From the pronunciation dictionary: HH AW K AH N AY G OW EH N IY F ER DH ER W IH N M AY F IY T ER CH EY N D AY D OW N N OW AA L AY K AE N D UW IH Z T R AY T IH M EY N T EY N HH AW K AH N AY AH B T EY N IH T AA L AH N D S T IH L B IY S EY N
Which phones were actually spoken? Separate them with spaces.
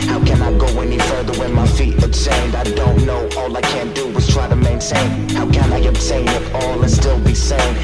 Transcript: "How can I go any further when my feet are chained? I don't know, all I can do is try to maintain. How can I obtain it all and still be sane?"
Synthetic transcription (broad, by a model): HH AW K AH N AY G OW EH N IY F ER DH ER W IH N M AY F IY T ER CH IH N D AY D OW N N OW AA L AY K AE N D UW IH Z T R AY T IH M EY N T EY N HH AW K AH N AY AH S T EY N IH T AA L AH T S T IH L B IY S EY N